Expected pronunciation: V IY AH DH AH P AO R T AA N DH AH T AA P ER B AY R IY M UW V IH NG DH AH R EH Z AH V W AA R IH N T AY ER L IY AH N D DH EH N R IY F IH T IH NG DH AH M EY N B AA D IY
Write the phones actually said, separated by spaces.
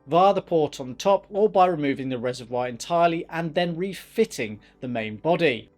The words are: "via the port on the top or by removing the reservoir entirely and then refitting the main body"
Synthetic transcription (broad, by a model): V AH DH AH P AO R T N DH AH T AA P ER B AY R IY M UW V IH NG DH AH R EH Z AH V W AA R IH N T AY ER L IY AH N DH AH N R IY F IH T IH NG DH AH M EY N B AA D IY